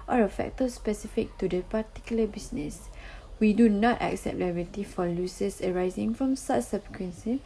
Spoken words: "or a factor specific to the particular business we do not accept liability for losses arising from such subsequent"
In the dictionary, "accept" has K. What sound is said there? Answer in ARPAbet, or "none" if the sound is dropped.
K